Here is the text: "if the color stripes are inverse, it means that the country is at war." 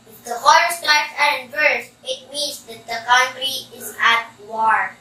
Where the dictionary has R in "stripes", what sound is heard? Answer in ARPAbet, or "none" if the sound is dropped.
none